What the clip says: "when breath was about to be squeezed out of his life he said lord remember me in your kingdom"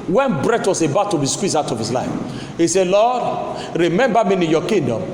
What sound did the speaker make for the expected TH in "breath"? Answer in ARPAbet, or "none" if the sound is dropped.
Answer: T